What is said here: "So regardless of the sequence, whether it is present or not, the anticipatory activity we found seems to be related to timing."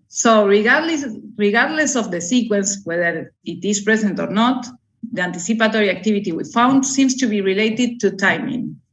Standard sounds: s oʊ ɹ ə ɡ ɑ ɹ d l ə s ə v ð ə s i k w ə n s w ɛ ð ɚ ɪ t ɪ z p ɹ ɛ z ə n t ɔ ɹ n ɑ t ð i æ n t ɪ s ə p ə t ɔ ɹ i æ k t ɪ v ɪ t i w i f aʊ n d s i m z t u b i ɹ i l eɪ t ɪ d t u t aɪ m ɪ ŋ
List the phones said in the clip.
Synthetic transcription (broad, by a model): s oʊ ɹ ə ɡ ɑ ɹ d l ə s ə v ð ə s i k w ə n s w ɛ ð ɚ ɪ t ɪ s p ɹ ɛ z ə n t ɔ ɹ n ɑ t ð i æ n t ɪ s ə p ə t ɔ ɹ i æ k t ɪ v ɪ t i w i f aʊ n d s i m s t u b i ɹ i l eɪ t ɪ d t u t aɪ m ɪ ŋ